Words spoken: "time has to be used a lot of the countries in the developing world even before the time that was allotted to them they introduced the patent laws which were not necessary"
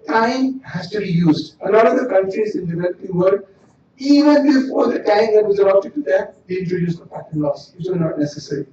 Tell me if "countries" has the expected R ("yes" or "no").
yes